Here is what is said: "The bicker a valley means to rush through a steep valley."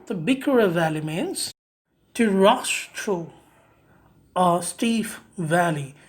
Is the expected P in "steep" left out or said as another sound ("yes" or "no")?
yes